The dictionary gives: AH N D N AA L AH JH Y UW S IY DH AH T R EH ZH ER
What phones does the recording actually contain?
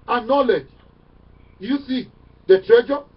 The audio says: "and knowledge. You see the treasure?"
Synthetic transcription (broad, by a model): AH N N AA L AH JH Y UW S IY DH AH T R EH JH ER